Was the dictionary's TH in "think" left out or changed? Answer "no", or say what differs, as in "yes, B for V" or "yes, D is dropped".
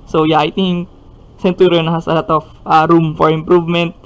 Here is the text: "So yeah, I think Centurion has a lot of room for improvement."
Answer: yes, T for TH